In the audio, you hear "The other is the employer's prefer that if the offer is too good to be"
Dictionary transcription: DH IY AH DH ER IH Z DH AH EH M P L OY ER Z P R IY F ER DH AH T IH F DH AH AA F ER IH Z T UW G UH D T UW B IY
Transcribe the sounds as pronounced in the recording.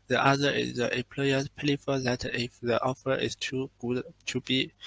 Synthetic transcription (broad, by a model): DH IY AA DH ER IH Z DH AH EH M P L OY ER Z P L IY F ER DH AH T IH F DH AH AA F ER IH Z T UW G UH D T UW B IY